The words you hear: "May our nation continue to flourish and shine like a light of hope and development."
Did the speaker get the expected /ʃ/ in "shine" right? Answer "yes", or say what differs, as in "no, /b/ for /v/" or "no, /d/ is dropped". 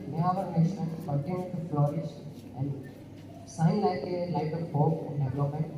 no, /s/ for /ʃ/